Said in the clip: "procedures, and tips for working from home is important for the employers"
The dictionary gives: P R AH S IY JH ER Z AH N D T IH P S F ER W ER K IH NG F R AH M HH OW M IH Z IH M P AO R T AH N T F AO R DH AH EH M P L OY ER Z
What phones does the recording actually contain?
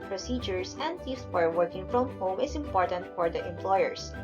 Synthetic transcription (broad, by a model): P R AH S IY JH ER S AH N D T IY F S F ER W ER K IH NG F R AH M HH OW M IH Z IH M P AO R T AH N T F AO R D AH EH M P L OY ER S